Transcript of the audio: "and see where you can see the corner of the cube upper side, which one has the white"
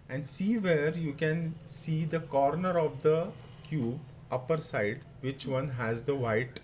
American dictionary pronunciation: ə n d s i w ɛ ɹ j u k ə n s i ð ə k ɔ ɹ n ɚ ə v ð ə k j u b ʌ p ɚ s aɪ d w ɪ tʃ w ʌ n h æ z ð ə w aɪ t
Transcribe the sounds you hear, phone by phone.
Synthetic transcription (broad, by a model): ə n d s i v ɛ ɹ j u k ə n s i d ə k ɔ ɹ n ɚ ə v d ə k j u b ʌ p ɚ s aɪ d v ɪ tʃ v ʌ n h æ z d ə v aɪ t